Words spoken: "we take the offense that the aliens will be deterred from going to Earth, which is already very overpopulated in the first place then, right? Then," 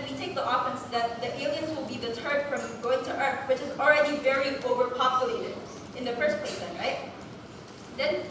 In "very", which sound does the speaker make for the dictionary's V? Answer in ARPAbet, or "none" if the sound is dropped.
V